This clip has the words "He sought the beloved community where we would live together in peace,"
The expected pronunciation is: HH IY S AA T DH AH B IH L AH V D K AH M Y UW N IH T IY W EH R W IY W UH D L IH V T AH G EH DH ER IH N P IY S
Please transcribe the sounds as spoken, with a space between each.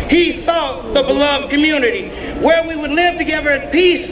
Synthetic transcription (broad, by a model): HH IY TH AA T DH AH B IH L AH V D K AH M Y UW N IH T IY W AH R W IY W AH D L IH V T AH G EH DH ER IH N P IY S